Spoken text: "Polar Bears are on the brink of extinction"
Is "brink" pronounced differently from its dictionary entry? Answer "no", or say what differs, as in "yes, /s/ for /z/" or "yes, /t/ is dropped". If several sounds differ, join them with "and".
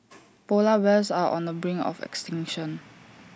yes, /k/ is dropped